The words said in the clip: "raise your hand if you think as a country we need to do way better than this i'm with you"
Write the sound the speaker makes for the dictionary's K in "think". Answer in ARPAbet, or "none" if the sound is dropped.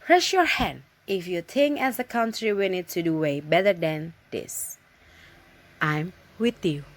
none